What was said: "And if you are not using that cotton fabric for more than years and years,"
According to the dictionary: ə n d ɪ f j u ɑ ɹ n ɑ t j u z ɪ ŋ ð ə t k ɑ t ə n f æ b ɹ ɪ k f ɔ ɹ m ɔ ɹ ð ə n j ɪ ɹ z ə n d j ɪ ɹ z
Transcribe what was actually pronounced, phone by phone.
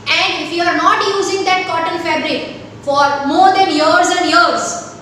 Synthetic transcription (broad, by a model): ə n d ɪ f j u ɑ ɹ n ɑ t j u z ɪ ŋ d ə t k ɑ t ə l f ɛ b ɹ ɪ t f ɔ ɹ m ɔ ɹ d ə n j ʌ ɹ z ə n d j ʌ ɹ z